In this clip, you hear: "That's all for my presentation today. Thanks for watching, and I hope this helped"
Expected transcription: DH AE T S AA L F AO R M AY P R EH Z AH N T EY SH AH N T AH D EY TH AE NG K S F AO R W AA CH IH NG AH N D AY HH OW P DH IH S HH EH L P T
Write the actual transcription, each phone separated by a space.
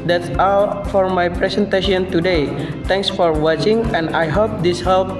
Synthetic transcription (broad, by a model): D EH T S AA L F AO R M AY P R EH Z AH N T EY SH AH N T AH D EY T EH NG K S F AO R W AA CH IH NG AH N D AY HH OW P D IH S HH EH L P